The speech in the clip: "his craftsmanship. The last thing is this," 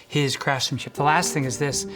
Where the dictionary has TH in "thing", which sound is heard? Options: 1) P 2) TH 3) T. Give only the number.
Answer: 2